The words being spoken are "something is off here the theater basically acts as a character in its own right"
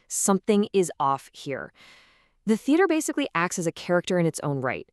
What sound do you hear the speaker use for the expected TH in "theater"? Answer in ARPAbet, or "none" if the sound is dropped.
TH